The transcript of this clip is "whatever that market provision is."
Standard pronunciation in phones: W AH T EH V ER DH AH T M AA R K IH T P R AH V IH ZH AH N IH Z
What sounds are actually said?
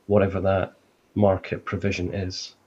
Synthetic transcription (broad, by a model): W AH T EH V ER DH AH T M AA R K IH T P R AH V IH ZH AH N IH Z